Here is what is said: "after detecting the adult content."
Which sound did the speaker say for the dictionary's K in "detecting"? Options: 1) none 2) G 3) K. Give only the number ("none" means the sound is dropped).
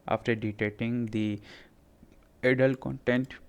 1